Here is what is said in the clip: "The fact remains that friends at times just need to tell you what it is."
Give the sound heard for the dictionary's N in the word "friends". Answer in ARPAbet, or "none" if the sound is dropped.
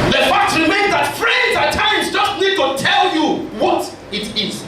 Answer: none